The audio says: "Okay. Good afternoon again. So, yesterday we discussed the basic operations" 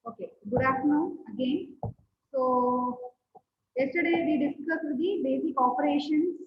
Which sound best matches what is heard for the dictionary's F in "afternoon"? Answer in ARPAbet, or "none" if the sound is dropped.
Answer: none